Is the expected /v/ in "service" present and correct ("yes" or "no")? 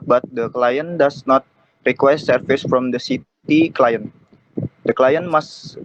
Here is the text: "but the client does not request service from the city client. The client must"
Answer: no